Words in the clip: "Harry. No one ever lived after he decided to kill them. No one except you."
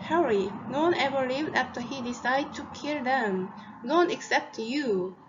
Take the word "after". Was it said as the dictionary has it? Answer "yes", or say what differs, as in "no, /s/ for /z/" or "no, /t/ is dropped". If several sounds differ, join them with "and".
yes